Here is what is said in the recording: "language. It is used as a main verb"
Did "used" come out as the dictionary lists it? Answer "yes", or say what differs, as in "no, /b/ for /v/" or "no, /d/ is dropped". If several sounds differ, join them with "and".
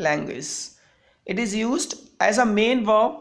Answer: yes